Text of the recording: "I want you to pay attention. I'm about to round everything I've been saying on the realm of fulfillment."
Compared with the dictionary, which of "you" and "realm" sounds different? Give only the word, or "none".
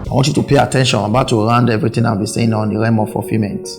realm